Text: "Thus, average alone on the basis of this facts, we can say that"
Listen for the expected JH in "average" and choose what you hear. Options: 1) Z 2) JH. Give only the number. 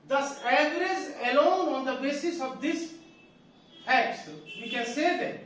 1